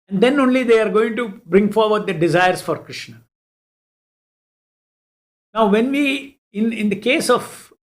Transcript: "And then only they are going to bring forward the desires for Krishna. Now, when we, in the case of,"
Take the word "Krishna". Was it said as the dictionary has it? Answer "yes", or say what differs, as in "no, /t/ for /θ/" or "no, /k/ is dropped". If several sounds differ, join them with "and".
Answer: yes